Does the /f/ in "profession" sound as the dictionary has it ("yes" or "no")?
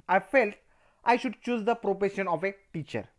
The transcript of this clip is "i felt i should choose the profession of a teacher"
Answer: no